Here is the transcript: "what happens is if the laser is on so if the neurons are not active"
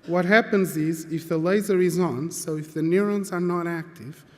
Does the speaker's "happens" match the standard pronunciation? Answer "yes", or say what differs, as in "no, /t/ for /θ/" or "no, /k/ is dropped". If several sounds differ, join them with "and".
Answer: yes